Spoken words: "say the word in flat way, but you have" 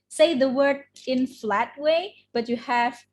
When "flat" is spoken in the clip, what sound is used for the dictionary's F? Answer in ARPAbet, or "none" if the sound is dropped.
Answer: F